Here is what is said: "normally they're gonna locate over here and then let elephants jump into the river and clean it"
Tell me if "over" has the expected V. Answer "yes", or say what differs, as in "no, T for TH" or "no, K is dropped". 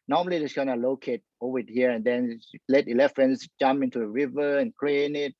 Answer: no, V is dropped